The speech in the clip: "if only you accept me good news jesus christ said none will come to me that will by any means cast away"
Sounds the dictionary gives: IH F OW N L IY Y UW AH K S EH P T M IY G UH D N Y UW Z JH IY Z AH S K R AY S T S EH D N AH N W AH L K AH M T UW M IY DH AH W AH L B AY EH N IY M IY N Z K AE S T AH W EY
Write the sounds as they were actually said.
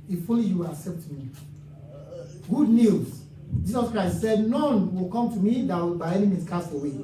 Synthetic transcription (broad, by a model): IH F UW L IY Y UW AH K S EH P T M IY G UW D N Y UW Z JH IY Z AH S K R AY S T S EH D N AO N W AH L K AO M T UW M IY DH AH W AH L B AY EH N IY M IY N S K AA S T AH W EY